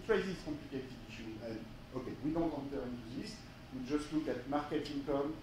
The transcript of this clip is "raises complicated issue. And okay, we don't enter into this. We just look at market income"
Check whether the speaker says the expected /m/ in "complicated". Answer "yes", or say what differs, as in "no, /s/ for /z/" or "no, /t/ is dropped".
no, /m/ is dropped